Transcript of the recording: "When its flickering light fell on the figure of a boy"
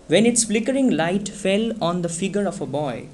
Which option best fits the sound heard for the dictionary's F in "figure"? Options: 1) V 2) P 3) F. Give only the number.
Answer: 3